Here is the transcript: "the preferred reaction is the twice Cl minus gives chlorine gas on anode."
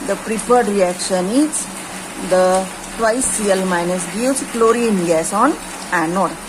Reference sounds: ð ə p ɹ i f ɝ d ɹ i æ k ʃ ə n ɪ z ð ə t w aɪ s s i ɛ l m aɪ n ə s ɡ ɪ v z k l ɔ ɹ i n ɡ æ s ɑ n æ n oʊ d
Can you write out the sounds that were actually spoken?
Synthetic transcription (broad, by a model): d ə p ɹ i p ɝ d ɹ i æ k ʃ ə n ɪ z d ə t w aɪ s s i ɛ l m aɪ n ə s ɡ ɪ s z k l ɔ ɹ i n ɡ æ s ɑ n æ n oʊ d